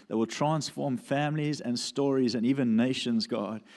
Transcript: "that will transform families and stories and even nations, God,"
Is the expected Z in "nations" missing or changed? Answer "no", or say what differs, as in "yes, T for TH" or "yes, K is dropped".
no